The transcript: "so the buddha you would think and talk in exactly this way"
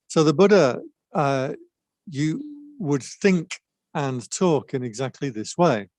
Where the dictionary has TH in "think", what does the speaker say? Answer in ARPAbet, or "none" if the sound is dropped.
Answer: TH